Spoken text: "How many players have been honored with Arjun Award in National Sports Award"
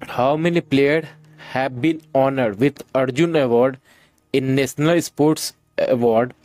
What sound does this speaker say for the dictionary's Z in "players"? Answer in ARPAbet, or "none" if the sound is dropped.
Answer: none